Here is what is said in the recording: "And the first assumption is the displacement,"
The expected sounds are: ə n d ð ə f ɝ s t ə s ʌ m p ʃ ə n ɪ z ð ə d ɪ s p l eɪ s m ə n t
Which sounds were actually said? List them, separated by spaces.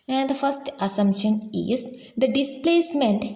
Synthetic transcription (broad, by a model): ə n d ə f ɝ s t ə s ʌ m p ʃ ə n ɪ z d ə d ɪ s p l eɪ s m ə n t